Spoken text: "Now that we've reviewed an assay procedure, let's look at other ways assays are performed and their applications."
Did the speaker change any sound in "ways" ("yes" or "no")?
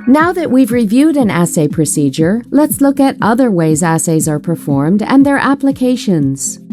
no